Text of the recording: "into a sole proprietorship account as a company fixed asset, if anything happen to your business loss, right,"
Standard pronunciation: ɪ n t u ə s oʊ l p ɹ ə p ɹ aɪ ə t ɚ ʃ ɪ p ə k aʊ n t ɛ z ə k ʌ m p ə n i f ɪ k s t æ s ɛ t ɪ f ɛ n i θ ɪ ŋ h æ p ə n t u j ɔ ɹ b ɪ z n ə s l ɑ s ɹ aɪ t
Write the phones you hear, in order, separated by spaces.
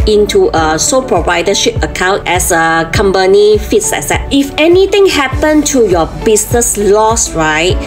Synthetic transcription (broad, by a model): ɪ n t u ə s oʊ p ɹ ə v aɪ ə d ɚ ʃ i p ə k aʊ n t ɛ s ə k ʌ m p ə n i f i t s ɛ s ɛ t ɪ f ɛ n i t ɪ ŋ h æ p ə n t u j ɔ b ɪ s n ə s l ɑ s ɹ aɪ t